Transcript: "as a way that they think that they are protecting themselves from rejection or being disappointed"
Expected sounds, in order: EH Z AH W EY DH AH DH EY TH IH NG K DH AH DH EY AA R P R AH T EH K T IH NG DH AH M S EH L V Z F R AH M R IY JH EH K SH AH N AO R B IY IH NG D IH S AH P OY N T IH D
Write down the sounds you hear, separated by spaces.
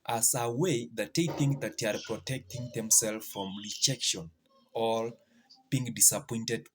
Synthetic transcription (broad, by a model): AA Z AH W EY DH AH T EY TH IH NG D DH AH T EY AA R P R AH T EH K T IH NG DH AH M S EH L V F R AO M R IY JH EH K SH AH N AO L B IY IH NG D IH S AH P OY N T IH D